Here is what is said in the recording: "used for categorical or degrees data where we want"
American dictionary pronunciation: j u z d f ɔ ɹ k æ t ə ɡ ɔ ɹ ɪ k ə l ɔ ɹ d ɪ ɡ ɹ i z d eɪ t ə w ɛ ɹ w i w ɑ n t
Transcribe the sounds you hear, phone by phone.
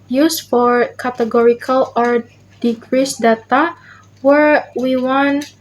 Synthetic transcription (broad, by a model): j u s f ɔ ɹ k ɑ t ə ɡ ɔ ɹ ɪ k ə l ɔ ɹ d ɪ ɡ ɹ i s d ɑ t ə w ɛ ɹ w i w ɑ n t